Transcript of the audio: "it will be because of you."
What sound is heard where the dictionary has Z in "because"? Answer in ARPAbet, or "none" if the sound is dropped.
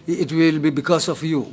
S